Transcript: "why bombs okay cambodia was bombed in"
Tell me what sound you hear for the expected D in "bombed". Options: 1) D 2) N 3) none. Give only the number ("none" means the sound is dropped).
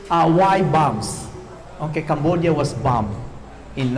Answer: 3